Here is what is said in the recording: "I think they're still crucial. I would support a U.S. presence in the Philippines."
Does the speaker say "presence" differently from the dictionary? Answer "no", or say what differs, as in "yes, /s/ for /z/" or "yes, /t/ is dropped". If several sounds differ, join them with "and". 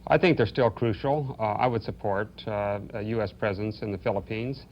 no